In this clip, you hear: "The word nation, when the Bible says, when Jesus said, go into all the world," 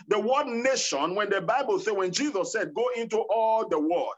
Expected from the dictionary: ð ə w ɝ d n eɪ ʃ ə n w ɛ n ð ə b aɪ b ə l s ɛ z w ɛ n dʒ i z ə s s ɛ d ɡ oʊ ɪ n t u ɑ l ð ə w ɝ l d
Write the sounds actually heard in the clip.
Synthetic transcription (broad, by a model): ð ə w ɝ d n eɪ ʃ ə n w ɛ n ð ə b aɪ b ə l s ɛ w ɛ n dʒ i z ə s s ɛ d ɡ oʊ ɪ n t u ɑ l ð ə w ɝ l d